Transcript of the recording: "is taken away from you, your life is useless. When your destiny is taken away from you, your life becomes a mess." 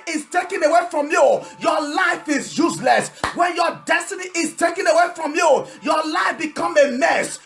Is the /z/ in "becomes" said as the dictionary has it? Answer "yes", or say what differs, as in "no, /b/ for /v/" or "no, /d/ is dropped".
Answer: no, /z/ is dropped